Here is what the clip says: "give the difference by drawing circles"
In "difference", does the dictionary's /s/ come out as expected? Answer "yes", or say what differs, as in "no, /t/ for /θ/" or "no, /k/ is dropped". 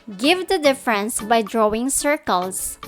yes